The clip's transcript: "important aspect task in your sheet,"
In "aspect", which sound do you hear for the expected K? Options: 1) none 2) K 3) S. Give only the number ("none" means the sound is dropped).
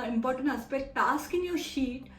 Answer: 1